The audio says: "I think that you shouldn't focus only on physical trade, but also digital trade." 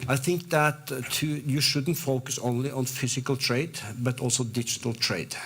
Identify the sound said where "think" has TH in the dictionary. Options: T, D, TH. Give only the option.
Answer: TH